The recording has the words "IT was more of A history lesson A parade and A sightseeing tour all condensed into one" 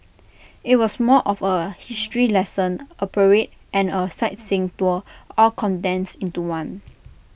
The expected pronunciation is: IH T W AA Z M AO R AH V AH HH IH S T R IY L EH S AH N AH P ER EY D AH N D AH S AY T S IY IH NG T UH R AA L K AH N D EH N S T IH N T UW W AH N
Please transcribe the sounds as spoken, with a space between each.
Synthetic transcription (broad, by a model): IH T W AA S M AO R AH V AH HH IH S T R IY L EH S AH N AH P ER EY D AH N AH S AY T S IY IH NG T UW AA L K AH N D EH N S IH N T UW W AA N